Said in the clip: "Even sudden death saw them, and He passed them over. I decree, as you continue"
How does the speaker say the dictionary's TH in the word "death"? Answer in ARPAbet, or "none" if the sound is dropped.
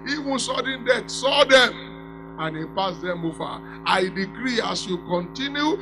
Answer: T